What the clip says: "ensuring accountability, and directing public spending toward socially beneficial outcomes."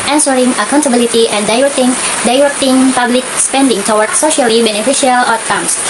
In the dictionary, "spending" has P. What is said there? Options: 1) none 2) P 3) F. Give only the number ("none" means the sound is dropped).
2